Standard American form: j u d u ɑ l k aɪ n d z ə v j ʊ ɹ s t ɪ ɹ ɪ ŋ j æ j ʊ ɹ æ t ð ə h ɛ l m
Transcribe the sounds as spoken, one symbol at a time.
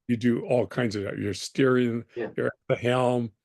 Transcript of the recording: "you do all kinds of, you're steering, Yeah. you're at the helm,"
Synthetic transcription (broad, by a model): j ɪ d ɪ ɑ l k aɪ n d z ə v j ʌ ɹ s t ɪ ɹ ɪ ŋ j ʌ ɹ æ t ð ə h ɛ l m